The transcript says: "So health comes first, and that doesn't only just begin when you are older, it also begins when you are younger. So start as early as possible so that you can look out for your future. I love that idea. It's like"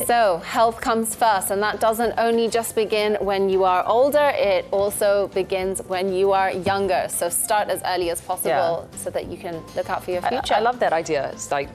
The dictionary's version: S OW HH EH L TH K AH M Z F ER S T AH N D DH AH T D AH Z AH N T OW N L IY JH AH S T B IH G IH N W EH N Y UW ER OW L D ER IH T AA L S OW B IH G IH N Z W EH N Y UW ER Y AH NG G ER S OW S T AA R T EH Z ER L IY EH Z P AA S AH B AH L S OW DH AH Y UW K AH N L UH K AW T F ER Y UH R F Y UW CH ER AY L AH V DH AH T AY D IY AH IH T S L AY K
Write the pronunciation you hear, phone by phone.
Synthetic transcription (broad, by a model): S OW HH EH L TH K AH M Z F ER S T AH N DH AH T D AH Z AH N T OW N L IY JH AH S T B IH G IH N W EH N Y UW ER OW L D ER IH T AA L S OW B IH G IH N Z W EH N Y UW ER Y AH NG G ER S OW S T AA R T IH Z ER L IY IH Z P AA S AH B AH L S OW DH AH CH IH K AH N L UH K AW T F ER Y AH R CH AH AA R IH L AH V DH AH T AY D IY AH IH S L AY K